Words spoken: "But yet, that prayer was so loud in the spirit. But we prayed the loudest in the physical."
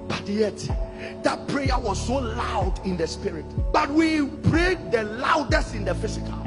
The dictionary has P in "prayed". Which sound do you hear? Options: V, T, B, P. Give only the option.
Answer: B